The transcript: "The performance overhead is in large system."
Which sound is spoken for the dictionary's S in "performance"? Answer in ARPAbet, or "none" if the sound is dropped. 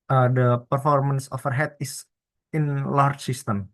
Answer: S